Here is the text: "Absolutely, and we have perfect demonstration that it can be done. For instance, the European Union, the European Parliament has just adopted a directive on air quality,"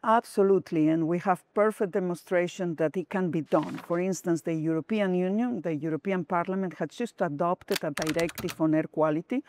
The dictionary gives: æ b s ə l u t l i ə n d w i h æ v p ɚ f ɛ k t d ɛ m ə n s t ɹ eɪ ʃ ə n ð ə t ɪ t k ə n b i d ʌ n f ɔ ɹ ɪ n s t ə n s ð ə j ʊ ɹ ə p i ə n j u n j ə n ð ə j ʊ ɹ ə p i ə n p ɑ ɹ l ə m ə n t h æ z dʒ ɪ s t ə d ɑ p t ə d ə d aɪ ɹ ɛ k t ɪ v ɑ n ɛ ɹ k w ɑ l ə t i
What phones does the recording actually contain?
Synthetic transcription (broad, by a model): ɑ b s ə l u t l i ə n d w i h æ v p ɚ f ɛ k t d ɛ m ə n s t ɹ eɪ ʃ ə n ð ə t ɪ t k ə n b i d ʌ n f ɔ ɹ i n s t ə n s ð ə j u ɹ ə p i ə n j u n j ə n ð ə j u ɹ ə p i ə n p ɑ ɹ l ə m ə n t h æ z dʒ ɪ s t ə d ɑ p t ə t ə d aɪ ɹ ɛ k t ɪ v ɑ n ɛ ɹ k w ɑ l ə t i